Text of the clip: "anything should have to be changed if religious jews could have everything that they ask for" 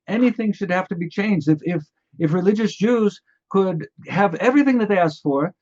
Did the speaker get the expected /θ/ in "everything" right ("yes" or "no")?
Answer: yes